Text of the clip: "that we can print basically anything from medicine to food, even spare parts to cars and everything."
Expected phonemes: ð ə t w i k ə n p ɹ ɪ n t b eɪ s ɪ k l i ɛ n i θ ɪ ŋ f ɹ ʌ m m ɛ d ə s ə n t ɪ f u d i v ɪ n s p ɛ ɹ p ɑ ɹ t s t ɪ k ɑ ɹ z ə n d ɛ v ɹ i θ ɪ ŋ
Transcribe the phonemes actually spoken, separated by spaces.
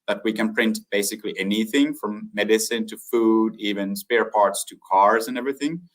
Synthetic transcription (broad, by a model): ð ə t w i k ə n p ɹ ɪ n t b eɪ s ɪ k l i ɛ n i θ ɪ ŋ f ɹ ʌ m m ɛ d ə s ə n t ɪ f u d i v ɪ n s p ɛ ɹ p ɑ ɹ t s t ɪ k ɑ ɹ z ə n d ɛ v ɹ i θ ɪ ŋ